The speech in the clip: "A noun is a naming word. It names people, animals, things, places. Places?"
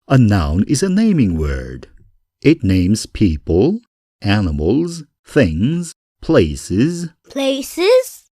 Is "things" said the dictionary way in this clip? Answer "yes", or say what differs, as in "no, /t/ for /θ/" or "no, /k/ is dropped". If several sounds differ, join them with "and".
yes